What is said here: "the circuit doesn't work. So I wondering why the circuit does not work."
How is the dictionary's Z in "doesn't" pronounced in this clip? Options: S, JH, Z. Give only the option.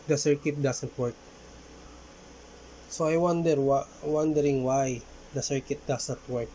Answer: S